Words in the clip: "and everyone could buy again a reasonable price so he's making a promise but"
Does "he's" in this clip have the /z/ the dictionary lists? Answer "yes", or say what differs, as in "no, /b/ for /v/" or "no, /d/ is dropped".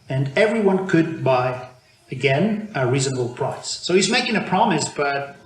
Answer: yes